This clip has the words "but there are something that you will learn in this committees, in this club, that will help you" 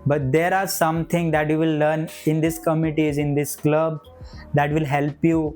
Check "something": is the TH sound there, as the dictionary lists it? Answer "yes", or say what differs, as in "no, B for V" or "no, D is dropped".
no, T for TH